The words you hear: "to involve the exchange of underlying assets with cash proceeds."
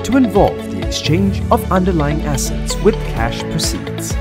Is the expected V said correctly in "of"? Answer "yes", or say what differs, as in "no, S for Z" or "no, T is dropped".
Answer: yes